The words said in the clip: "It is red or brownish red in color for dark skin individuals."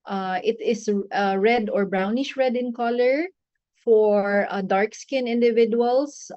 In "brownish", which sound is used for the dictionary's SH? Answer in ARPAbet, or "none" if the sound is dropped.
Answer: SH